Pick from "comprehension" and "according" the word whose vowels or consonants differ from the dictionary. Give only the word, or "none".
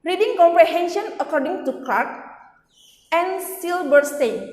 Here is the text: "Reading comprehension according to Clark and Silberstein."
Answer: none